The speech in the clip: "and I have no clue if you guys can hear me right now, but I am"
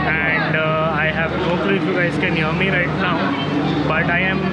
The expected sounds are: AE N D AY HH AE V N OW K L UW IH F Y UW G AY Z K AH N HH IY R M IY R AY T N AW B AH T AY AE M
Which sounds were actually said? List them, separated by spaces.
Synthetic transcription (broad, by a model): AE N D AY HH AE V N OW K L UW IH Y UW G AY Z K AH N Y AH M IY R AY T N AW B AH T AY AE M